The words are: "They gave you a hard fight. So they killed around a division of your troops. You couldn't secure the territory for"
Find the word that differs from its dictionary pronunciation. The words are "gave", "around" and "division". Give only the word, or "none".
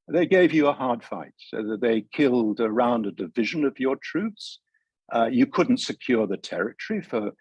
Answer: none